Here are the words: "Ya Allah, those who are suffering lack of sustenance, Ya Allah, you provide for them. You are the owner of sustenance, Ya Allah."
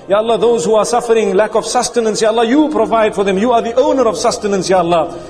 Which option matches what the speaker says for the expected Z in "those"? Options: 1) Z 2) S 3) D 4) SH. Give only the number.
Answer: 1